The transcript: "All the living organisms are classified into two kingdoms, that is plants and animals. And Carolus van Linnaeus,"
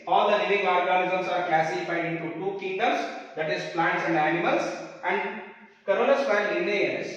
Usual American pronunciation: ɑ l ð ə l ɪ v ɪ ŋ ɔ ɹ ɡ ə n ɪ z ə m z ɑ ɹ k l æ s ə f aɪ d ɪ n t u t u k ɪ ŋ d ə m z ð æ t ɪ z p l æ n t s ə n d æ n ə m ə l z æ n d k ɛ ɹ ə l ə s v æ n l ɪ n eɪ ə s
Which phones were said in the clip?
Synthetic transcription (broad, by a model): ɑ l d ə l ɪ v ɪ ŋ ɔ ɹ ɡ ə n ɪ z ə m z ɑ ɹ k l æ s ə f aɪ d ɪ n t u t u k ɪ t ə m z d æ t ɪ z p l æ n t s ə n d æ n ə m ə l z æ n d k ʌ ɹ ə n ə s p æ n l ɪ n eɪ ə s